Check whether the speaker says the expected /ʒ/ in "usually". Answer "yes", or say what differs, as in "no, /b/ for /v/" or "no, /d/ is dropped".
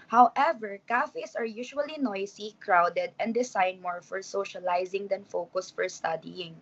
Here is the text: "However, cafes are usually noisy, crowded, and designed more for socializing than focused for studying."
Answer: no, /ʃ/ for /ʒ/